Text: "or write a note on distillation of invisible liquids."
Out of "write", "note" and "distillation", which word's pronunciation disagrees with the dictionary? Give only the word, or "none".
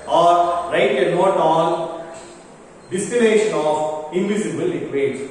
distillation